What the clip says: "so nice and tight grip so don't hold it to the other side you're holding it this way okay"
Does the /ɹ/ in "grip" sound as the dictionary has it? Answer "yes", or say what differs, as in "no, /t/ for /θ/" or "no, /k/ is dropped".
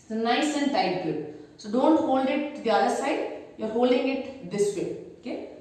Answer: no, /ɹ/ is dropped